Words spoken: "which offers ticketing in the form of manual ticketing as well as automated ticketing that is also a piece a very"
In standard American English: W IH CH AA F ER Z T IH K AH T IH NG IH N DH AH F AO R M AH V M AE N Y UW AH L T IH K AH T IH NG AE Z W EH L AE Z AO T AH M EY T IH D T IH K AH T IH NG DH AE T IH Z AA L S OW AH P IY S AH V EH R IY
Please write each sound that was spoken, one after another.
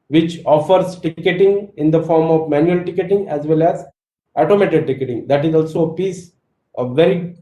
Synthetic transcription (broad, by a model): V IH CH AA F ER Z T IH K AH T IH NG IH N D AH F AO R M AH V M AE N Y UW AH L T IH K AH T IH NG AE Z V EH L AE Z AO T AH M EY T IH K T IH K AH T IH NG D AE T IH Z AA L S OW AH P IY S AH V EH R IY